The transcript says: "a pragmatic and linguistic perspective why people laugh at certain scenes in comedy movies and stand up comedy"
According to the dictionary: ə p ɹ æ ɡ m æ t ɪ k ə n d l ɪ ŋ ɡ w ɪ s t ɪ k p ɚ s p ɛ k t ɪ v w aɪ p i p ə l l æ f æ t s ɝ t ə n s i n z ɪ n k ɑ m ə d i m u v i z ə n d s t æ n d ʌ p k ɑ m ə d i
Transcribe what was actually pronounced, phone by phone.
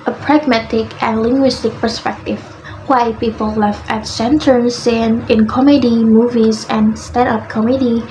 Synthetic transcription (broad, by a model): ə p ɹ æ ɡ m æ t ɪ k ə n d l ɪ ŋ ɡ w ɪ s t ɪ k p ɚ s p ɛ k t ɪ v w aɪ p i p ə l l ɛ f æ t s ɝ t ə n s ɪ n ɪ n k ɑ m ə d i m u v i z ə n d s t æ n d ʌ p k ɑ m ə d i